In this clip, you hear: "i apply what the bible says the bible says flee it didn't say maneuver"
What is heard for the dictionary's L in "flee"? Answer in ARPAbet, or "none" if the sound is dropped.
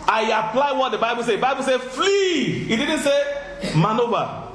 L